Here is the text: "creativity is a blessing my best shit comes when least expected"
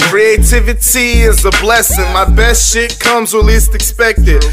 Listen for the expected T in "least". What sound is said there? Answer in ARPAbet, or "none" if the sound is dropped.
T